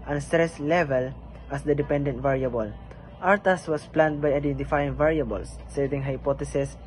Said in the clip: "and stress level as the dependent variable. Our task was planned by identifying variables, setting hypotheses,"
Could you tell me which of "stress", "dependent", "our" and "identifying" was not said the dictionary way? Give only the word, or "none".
none